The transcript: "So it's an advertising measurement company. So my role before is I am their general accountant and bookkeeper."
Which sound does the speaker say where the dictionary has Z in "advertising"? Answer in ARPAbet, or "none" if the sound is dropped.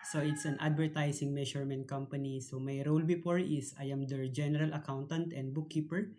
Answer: S